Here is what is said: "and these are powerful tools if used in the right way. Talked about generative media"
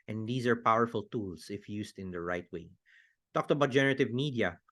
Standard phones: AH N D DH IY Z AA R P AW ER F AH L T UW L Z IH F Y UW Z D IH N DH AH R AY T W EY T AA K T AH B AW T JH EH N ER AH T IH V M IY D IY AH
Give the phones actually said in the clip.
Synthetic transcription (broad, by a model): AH N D IY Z AA R P AW ER F AH L T UW L S IH F Y UW S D IH N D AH R AY T W EY T AA K T AH B AW T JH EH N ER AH T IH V M IY D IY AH